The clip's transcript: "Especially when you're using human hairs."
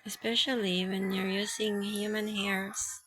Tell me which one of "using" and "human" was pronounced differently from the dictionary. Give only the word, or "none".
using